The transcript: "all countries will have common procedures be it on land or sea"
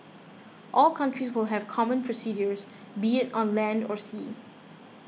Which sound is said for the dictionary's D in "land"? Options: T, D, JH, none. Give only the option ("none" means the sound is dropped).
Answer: D